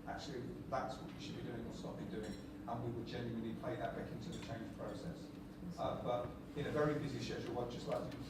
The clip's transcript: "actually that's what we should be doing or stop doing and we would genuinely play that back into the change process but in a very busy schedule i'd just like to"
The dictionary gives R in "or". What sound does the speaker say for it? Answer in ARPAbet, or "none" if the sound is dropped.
L